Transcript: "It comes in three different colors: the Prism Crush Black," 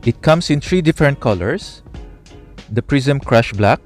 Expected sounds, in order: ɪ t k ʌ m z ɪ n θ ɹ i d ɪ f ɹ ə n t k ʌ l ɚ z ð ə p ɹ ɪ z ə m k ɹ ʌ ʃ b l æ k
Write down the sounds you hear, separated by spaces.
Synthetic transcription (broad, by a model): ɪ t k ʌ m s ɪ n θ ɹ i d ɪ f ɹ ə n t k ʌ l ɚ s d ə p ɹ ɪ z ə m k ɹ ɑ ʃ b l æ k